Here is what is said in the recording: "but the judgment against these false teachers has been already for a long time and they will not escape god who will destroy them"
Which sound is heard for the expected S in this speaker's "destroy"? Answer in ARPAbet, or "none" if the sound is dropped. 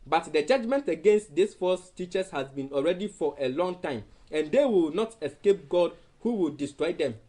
S